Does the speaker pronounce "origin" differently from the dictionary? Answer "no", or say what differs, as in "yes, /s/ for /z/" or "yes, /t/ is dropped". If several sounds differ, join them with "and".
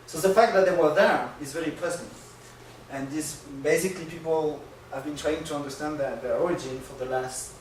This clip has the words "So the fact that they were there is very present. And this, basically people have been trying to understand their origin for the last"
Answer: no